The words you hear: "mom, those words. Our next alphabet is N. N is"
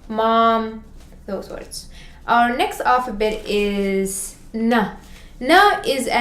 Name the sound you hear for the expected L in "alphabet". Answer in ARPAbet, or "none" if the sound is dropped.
none